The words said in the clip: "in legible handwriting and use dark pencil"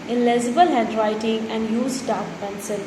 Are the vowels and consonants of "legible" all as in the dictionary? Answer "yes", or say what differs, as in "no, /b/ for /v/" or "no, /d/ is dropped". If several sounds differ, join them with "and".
no, /z/ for /dʒ/